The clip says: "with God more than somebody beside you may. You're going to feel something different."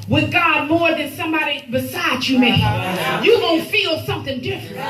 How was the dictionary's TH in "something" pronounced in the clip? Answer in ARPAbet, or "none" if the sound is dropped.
TH